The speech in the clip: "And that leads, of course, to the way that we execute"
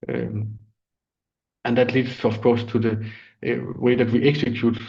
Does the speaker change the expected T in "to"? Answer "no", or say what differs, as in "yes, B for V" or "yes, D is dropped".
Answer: no